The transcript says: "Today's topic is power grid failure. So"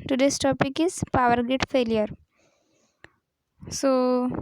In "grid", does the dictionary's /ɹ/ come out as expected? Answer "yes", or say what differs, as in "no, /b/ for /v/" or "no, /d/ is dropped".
no, /ɹ/ is dropped